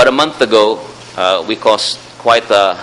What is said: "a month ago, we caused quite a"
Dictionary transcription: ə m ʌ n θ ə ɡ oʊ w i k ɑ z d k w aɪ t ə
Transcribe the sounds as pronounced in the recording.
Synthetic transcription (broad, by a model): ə m ʌ n θ ə ɡ oʊ w i k ɑ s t k w aɪ t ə